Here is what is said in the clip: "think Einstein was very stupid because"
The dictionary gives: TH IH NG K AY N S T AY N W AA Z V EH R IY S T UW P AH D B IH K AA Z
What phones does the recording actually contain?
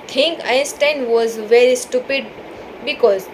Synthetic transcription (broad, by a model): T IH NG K AY N S T AY N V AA Z V EH R IY S T UW P AH D B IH K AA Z